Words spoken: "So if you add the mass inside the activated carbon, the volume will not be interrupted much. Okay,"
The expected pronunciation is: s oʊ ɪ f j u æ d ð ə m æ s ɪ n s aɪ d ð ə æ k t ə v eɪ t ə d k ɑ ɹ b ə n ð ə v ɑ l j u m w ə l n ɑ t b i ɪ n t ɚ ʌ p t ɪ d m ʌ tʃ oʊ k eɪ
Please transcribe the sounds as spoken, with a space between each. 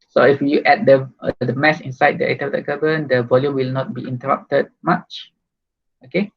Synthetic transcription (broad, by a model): s oʊ ɪ f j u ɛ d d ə m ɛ s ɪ n s aɪ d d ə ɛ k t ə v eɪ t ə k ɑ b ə n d ə v ɑ l j u m w ə l n ɑ t b i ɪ n t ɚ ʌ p t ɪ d m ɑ tʃ oʊ k eɪ